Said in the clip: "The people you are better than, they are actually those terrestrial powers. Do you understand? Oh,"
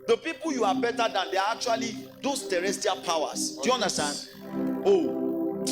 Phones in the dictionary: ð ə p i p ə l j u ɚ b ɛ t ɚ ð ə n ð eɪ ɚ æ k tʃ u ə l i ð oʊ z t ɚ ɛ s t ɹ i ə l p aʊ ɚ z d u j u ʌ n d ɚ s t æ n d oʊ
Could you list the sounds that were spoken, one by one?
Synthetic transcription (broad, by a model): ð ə p i p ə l j u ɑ b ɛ t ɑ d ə n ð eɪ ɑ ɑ k tʃ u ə l i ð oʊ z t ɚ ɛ s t i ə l p aʊ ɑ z d u j u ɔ n d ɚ s t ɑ n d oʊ